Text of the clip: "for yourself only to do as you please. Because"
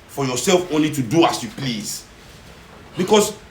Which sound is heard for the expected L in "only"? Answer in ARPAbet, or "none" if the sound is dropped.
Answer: L